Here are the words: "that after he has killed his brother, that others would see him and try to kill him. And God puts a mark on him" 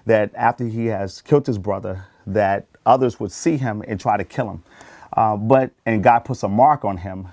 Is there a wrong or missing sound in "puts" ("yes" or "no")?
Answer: no